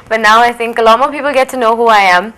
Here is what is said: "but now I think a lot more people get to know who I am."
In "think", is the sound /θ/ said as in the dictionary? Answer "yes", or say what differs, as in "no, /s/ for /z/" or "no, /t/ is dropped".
yes